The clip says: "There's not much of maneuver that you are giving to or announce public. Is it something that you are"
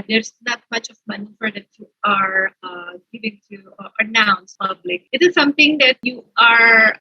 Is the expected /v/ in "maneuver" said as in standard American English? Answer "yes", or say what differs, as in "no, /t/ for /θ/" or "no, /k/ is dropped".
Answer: no, /f/ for /v/